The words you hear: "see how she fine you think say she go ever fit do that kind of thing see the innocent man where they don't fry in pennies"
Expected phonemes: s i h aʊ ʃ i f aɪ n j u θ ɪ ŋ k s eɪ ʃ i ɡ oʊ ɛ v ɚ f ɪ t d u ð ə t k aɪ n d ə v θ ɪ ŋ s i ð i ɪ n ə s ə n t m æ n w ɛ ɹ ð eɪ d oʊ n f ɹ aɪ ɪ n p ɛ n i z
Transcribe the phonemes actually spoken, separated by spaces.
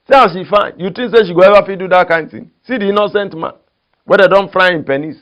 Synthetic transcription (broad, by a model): s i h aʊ ʃ i f aɪ n j u t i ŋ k s eɪ ʃ i ɡ oʊ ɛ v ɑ f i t d u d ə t k aɪ n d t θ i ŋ s i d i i n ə s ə n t m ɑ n w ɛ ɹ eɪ d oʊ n f ɹ aɪ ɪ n p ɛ n i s